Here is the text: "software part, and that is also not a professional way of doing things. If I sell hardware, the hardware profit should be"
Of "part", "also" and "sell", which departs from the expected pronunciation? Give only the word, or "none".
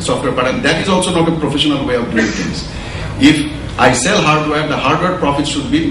part